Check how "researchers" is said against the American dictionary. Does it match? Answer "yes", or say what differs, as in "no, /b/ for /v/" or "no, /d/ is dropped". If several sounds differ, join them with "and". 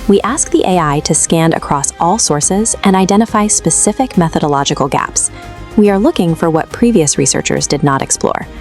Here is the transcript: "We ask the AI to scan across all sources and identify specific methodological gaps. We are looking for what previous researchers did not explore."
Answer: yes